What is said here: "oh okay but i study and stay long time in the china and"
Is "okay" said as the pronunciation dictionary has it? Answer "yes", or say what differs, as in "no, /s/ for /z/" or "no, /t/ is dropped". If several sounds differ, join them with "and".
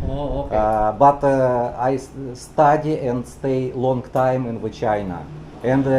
no, /k/ is dropped